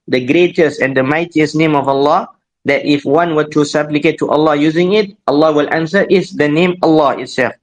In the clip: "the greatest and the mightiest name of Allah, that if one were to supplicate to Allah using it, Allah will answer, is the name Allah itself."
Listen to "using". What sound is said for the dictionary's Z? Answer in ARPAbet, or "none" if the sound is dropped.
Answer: Z